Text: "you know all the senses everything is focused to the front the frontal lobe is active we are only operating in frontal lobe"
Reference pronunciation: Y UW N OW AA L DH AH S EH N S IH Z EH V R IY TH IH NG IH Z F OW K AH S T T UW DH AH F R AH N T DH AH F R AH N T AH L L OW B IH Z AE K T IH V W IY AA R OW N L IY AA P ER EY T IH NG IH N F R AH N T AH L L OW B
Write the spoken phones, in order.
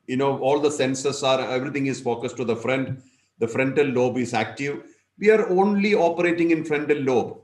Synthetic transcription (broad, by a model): Y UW N OW AA L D AH S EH N S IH S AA V R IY T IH NG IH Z F OW K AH S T T UW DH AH F R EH N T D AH F R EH N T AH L L OW B IH Z AE K T IH V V IY AA R OW N L IY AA P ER EY T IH NG IH N F R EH N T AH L L OW B